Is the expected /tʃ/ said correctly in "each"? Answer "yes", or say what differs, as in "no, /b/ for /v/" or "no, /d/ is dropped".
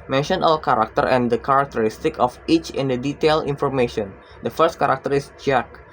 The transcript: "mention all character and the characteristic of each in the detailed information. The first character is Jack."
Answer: yes